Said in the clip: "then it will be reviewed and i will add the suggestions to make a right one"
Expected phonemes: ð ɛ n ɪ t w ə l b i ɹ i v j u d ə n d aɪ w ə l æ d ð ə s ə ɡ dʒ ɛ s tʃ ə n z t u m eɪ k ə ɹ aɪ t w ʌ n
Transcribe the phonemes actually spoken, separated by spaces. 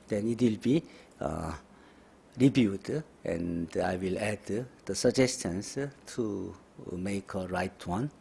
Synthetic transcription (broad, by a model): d ɛ n ɪ t w ə l b i ɹ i b j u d ə n d aɪ w ə l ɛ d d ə s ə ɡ dʒ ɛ s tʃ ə n s t u m eɪ k ə ɹ aɪ t w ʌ n